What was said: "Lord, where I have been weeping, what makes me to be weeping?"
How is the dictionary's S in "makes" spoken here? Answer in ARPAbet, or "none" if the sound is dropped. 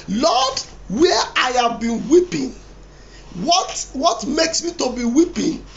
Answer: S